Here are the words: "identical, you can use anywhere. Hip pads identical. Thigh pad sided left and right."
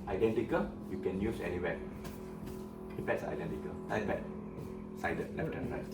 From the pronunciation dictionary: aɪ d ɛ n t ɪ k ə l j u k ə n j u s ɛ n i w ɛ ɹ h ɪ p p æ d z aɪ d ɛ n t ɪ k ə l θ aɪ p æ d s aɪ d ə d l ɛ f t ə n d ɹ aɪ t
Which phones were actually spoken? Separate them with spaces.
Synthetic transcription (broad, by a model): aɪ d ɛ n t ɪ k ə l j u k ə n j u s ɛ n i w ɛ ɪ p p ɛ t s aɪ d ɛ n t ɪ k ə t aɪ b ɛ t s aɪ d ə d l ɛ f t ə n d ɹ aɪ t